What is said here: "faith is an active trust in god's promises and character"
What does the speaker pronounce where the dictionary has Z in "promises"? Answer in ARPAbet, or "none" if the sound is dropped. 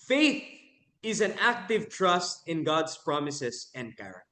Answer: S